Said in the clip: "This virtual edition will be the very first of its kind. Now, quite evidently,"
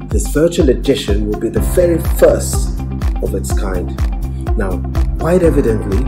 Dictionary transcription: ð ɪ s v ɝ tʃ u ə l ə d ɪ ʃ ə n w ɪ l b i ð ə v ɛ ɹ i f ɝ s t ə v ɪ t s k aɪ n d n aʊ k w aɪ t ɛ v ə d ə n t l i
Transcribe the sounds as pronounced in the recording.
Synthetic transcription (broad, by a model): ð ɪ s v ɝ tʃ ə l ə d ɪ ʃ ə n w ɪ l b i ð ə v ɛ ɹ i f ɝ s t ə v ɪ t s k aɪ n d n aʊ k w aɪ t ɛ v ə d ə n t l i